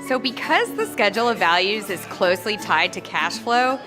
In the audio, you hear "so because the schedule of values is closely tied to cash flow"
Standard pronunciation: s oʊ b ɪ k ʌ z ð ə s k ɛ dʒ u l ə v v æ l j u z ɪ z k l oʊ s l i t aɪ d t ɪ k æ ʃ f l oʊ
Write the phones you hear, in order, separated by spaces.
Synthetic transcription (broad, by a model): s oʊ b ɪ k ʌ z ð ə s k ɛ dʒ l ə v v æ l j u z ɪ z k l oʊ s l i t aɪ d t ɪ k æ ʃ f l oʊ